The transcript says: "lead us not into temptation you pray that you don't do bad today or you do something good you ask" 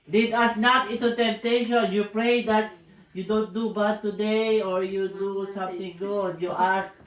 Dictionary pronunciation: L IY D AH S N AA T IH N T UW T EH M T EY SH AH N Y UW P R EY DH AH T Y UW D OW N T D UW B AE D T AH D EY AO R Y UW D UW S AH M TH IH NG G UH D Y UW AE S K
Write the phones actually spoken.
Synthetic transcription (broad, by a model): L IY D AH S N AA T IH N T UW T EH M T EY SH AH N Y UW P R EY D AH T Y UW D OW N T D UW B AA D T AH D EY AO R Y UW D UW S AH M T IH NG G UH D Y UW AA S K